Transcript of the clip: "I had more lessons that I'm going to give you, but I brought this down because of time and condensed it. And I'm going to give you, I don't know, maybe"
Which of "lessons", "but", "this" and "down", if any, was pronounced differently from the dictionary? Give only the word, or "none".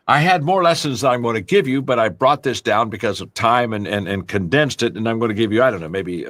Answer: none